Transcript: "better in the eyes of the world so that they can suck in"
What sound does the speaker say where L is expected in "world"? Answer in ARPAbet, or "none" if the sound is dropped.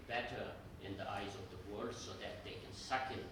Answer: none